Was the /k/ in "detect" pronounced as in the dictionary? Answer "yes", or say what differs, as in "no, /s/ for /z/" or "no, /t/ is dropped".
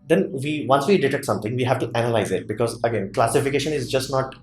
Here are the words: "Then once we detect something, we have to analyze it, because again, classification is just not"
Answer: no, /k/ is dropped